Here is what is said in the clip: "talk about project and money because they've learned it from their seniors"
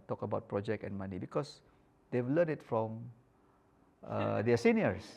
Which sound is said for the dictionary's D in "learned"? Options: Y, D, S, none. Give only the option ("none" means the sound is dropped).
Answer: none